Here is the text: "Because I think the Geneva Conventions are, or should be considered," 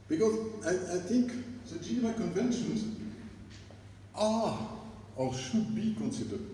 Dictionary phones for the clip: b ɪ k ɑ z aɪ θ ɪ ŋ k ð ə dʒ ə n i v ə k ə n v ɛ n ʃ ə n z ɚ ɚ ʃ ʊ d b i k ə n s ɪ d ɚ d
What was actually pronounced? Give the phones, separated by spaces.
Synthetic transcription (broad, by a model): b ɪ k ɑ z aɪ θ ɪ ŋ k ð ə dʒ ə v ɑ ə k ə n v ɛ n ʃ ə n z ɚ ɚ ʃ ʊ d b i k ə n s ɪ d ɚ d